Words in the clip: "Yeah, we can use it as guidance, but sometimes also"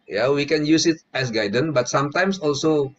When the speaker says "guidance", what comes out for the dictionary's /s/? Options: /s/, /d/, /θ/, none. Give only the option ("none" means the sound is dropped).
none